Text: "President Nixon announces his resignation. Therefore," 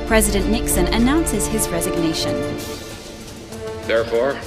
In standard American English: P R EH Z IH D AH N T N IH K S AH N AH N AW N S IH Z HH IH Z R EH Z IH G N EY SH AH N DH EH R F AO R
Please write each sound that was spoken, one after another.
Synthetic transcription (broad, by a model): P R EH Z IH D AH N N IH K S AH N AH N AW N S IH Z IH Z R EH Z IH G N EY SH AH N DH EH R F AO R